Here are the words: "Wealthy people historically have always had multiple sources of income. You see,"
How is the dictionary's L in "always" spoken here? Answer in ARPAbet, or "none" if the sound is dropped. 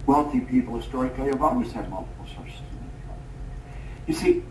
none